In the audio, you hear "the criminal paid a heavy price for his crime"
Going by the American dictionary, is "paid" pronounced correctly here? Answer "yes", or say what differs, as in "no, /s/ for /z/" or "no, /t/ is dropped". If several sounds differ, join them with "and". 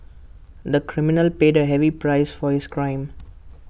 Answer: yes